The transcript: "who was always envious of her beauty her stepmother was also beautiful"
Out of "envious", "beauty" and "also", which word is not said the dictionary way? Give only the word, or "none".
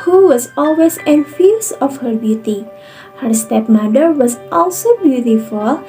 envious